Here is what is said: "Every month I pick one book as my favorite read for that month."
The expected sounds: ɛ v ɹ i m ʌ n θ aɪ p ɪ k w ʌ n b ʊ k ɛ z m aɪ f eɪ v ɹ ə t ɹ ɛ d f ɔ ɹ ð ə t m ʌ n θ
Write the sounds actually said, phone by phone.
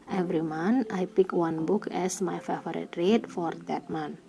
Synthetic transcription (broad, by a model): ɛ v ɹ i m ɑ n aɪ p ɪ k w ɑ n b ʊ k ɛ s m aɪ f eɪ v ɹ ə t ɹ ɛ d f ɔ ɹ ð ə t m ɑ n